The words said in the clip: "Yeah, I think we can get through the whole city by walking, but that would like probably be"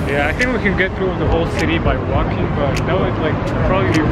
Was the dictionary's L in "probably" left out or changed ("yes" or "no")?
yes